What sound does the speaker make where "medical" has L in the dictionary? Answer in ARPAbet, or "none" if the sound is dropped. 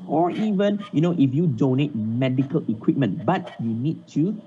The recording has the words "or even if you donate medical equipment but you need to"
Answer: L